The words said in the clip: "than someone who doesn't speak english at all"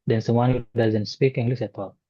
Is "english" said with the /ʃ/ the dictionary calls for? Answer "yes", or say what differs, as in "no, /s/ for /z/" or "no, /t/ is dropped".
no, /s/ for /ʃ/